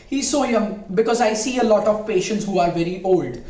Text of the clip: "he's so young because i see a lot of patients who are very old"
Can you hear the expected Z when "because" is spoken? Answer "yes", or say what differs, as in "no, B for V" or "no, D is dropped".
yes